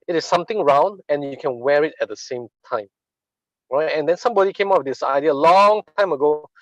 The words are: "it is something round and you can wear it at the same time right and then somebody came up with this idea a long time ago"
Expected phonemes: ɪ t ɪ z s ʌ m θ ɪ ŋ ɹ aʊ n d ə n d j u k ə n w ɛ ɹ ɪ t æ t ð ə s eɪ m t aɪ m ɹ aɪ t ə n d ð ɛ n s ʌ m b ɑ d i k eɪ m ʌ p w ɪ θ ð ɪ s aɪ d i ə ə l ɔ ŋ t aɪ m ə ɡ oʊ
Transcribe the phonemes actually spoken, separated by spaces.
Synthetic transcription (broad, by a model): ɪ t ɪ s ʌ m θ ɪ ŋ ɹ aʊ n d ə n j u k ə n w ɛ ɹ ɪ t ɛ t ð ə s eɪ m t aɪ m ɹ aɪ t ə n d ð ɛ n s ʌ m b ɑ d i k eɪ m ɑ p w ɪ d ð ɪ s aɪ d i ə ə l ɔ ŋ t aɪ m ə ɡ oʊ